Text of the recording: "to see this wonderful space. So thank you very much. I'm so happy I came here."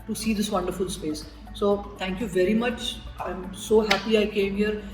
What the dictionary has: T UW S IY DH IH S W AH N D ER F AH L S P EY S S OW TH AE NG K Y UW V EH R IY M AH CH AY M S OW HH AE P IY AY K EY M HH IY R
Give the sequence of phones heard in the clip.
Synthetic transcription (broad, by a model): T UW S IY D IH S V AH N D ER F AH L S P EY S S OW T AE NG K Y UW V EH R IY M AH CH AY M S OW HH AE P IY AY K EY M HH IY R